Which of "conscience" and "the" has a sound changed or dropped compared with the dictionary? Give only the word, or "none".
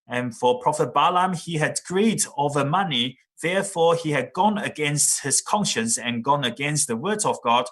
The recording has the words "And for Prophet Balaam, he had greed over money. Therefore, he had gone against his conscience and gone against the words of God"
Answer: none